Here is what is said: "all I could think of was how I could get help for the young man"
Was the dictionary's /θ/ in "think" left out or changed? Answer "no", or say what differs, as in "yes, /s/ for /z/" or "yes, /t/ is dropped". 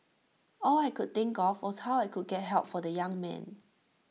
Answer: yes, /t/ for /θ/